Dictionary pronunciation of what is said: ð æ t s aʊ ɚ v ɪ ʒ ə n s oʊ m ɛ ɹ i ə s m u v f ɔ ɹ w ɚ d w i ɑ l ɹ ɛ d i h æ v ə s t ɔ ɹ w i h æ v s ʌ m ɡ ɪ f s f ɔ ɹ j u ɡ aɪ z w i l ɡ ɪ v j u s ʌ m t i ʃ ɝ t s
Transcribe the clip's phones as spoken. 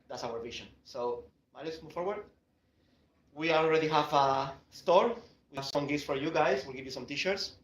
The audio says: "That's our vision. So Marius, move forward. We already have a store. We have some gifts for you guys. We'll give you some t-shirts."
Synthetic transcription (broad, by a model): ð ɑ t s aʊ ɚ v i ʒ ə n s oʊ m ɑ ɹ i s m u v f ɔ ɹ w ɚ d w i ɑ l ɹ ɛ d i h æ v ə s t ɔ ɹ w i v s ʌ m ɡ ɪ s f ɔ ɹ j u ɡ aɪ s w i l ɡ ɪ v j u s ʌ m t i ʃ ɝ t s